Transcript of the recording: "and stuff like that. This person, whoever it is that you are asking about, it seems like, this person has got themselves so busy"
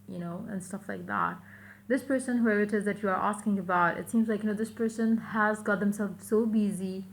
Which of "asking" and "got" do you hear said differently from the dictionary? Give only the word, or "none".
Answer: none